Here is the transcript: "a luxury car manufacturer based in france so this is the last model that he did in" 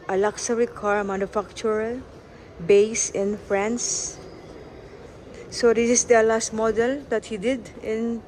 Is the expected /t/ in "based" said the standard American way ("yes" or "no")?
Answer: no